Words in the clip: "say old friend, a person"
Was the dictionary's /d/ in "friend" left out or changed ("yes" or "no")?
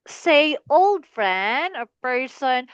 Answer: yes